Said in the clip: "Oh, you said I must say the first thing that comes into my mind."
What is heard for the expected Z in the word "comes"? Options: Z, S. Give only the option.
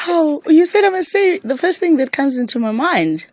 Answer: Z